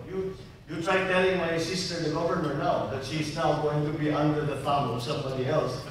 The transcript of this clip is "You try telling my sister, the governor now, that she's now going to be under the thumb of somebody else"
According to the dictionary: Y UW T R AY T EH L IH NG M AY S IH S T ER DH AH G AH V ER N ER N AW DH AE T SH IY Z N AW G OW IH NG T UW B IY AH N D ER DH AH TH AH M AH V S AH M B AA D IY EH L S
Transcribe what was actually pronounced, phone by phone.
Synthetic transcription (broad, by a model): Y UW T R AY T EH L IH NG M AY S IH S T ER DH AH G AH V ER N ER N AW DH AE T SH IY Z N AW G OW IH NG T UW B IY AH N D ER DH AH F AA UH AH V S AH M B AA D IY EH L S